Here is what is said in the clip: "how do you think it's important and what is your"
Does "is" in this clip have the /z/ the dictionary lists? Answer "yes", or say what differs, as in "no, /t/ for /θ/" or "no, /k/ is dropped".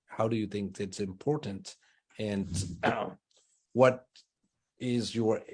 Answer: yes